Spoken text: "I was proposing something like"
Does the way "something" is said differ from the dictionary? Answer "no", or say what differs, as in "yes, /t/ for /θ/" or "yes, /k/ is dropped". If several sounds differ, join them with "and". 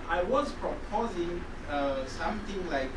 yes, /t/ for /θ/